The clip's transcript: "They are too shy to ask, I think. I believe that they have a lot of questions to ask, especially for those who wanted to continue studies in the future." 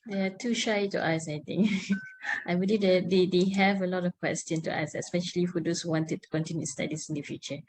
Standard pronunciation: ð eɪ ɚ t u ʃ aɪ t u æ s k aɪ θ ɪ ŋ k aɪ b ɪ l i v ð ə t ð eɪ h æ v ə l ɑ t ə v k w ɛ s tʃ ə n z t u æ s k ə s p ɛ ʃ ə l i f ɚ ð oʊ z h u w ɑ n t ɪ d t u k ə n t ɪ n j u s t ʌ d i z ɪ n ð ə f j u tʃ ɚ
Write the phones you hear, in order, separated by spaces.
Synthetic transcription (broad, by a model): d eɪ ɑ t u ʃ aɪ t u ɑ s aɪ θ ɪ ŋ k aɪ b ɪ l i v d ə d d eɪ h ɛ v ə l ɑ t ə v k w ɛ s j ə n t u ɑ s ə s p ɛ ʃ ə l i f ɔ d oʊ s h u w ɑ n t ɪ d t u k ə n t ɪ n j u s t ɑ d i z ɪ n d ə f j u tʃ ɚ